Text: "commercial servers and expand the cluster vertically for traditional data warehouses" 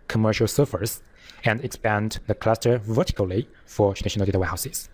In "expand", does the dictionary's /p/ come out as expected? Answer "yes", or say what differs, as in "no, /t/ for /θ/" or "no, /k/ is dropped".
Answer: yes